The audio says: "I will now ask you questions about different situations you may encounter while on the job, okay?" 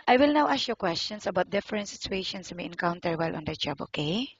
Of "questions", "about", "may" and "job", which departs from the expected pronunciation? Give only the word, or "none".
questions